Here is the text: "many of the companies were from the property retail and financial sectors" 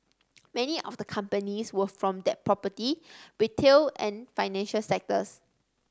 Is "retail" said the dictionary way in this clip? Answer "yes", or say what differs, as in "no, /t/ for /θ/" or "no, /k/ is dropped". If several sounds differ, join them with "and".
no, /w/ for /ɹ/